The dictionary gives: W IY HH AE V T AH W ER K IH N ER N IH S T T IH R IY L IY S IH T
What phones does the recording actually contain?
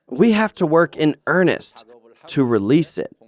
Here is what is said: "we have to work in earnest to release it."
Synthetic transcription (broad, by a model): W IY HH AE F T AH W ER K IH N ER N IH S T T IH R IY L IY S IH T